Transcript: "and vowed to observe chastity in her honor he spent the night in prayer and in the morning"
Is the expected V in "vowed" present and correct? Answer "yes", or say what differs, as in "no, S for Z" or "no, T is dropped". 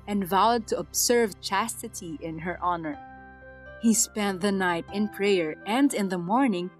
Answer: yes